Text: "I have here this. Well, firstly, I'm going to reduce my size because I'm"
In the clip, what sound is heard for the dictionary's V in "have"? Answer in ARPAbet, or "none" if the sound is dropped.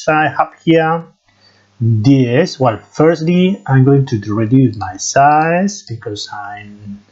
P